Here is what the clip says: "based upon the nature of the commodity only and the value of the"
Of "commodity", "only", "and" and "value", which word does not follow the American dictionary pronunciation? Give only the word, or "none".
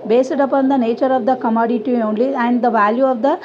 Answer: none